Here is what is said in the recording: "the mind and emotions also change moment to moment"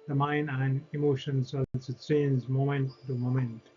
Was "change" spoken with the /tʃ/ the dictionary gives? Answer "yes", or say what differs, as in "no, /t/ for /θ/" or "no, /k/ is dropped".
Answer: no, /s/ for /tʃ/